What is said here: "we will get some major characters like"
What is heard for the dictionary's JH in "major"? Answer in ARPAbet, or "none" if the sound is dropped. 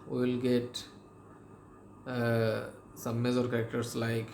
Z